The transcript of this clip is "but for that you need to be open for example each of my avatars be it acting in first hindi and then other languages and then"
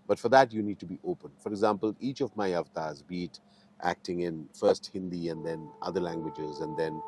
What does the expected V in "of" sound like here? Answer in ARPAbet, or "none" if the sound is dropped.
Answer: V